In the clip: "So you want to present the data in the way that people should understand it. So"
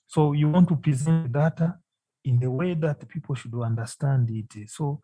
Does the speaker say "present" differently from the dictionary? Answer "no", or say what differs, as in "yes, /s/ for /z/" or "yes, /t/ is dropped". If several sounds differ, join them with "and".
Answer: no